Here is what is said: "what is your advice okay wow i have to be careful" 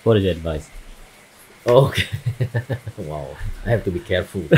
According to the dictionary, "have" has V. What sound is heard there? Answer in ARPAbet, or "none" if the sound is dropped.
F